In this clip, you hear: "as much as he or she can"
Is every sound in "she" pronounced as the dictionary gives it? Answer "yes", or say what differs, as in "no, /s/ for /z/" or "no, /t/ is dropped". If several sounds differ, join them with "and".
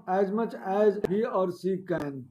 no, /s/ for /ʃ/